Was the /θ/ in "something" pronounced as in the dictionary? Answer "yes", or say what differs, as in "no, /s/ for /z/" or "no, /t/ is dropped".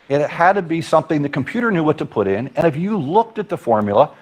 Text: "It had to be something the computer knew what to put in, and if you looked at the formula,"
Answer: yes